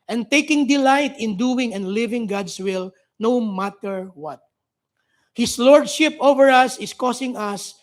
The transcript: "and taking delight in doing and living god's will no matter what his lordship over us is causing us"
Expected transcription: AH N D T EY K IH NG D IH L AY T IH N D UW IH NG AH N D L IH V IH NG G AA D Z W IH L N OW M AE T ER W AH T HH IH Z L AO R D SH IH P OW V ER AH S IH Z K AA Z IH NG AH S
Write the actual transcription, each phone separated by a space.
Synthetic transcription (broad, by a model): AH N T EY K IH NG D IH L AY T IH N D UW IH NG AH N D L IH V IH NG G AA D S W IH L N OW M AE T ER W AH T HH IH S L AO R D SH IH P OW V ER AH S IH S K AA S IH NG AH S